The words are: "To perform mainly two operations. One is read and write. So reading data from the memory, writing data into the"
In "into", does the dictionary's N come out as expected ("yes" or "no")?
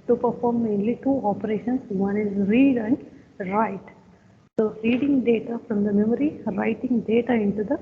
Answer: yes